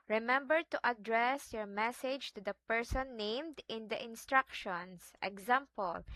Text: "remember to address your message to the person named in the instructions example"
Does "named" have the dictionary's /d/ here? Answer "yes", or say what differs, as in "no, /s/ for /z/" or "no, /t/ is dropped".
yes